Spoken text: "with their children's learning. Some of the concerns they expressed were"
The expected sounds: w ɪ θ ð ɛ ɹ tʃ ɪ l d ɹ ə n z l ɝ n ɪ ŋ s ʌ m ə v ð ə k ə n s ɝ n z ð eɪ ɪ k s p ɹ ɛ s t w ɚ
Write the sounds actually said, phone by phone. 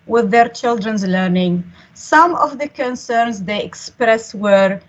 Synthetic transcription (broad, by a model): w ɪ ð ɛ ɹ tʃ ɪ l d ɹ ə n z l ɝ n ɪ ŋ s ʌ m ə v ð ə k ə n s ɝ n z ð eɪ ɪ k s p ɹ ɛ s w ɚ